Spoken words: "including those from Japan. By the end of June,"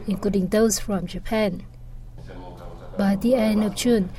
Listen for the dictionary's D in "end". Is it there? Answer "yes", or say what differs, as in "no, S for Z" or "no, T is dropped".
no, D is dropped